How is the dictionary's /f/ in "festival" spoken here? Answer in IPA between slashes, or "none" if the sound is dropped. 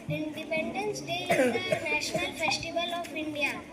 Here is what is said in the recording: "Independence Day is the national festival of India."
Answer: /f/